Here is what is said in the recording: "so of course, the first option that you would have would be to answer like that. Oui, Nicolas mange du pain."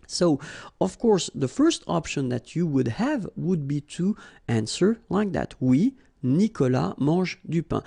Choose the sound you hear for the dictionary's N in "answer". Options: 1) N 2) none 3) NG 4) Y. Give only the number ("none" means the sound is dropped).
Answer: 1